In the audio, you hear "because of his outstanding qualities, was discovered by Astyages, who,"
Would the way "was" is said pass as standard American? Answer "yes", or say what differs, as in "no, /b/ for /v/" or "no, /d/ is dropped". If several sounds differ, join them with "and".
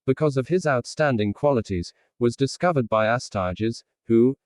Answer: yes